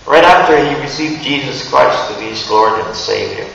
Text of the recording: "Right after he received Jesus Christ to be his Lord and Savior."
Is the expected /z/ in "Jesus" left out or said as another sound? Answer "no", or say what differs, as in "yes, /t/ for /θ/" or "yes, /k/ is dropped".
no